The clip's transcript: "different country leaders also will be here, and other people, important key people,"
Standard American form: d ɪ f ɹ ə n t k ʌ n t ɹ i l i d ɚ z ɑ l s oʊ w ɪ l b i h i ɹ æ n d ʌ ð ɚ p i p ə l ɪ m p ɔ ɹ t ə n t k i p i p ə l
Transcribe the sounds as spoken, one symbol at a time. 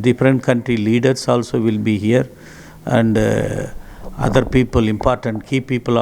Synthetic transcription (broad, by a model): d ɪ f ɹ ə n t k ʌ n t ɹ i l i d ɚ s ɑ l s oʊ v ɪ l b i h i ɹ æ n d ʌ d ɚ p i p ə l ɪ m p ɔ ɹ t ə n t k i p i p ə l